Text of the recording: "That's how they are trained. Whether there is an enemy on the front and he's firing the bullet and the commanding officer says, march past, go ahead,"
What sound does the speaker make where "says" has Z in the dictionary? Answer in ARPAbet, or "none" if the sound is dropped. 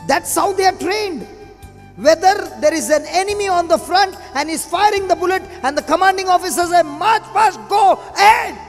none